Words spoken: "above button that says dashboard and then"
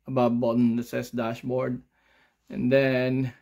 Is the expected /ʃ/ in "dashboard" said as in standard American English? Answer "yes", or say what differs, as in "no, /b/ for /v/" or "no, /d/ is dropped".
yes